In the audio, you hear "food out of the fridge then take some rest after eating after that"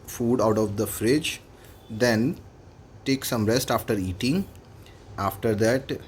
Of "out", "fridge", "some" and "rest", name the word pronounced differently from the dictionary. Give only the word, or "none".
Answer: none